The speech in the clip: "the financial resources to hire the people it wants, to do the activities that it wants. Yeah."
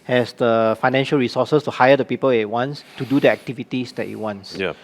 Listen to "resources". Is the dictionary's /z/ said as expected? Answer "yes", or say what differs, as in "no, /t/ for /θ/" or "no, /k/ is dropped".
no, /s/ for /z/